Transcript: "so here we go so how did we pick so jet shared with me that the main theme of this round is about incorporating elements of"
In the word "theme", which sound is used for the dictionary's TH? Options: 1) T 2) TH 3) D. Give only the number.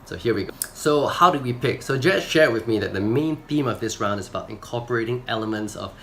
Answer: 2